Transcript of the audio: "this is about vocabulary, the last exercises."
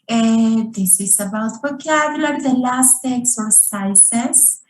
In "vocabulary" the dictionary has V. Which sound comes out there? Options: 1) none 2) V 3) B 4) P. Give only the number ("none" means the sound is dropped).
3